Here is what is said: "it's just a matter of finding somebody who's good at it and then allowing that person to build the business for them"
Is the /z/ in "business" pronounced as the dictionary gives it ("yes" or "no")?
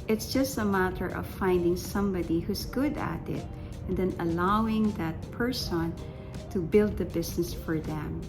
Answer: no